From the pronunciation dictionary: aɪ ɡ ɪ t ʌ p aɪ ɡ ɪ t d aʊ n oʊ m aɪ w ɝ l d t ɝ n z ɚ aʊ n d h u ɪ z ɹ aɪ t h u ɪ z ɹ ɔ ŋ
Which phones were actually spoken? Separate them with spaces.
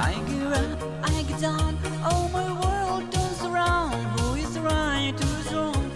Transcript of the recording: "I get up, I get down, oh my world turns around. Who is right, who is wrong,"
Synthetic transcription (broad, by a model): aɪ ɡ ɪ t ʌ aɪ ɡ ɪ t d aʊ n oʊ m aɪ w ɝ l d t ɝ z ɚ aʊ n d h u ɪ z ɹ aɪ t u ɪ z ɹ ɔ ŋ